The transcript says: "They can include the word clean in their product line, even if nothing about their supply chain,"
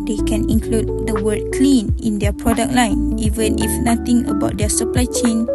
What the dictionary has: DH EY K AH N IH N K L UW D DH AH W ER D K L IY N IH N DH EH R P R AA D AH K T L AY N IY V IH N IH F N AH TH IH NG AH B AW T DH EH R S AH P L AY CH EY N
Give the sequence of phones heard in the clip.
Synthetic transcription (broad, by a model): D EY K AH N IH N K L UW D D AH W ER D K L IY N IH N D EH P R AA D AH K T L AY N IY V IH N IH F N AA T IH NG AH B AW T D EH S AH P L AY CH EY N